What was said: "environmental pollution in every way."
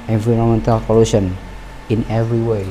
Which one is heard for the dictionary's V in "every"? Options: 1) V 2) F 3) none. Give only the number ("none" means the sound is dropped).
1